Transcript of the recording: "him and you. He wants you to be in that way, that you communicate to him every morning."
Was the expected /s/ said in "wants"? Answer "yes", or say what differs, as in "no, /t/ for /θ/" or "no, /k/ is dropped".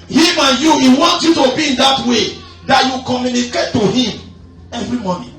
no, /s/ is dropped